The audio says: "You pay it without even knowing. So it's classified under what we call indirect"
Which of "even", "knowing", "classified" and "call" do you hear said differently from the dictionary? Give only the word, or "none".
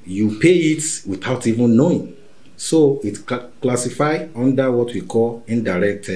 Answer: classified